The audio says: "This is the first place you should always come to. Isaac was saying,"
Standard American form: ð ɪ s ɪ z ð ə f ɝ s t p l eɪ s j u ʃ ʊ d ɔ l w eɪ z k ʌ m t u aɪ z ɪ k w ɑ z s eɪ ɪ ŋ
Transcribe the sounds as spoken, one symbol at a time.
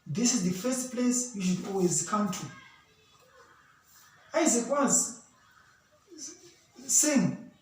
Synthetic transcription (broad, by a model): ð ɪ s ɪ z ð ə f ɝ s t p l eɪ s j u ʃ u d ɔ l w eɪ z k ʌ m t u aɪ z ɪ k w ɑ z s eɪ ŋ